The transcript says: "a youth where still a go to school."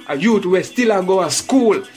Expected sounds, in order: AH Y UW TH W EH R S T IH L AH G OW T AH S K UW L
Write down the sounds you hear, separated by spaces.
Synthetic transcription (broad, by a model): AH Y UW T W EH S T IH L AH G OW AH S K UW L